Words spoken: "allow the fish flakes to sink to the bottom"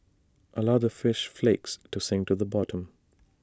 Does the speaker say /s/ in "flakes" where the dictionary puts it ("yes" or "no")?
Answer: yes